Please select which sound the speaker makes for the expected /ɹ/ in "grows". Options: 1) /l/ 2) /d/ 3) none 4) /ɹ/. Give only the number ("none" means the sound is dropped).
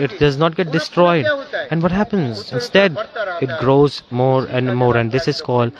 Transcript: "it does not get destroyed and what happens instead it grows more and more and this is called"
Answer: 4